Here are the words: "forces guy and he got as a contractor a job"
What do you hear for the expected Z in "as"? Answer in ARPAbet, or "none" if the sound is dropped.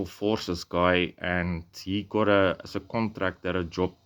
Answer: S